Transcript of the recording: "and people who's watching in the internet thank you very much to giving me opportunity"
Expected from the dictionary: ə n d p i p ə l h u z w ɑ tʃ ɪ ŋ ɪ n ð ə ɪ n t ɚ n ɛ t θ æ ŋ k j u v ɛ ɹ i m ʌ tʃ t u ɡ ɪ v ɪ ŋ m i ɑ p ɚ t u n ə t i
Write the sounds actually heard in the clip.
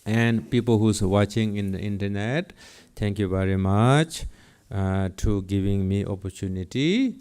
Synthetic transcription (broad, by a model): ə n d p i p ə l h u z w ɑ tʃ ɪ ŋ ɪ n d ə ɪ n t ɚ n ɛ t t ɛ ŋ k j u v ɛ ɹ i m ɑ tʃ t u ɡ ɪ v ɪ ŋ m i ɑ p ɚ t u n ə t i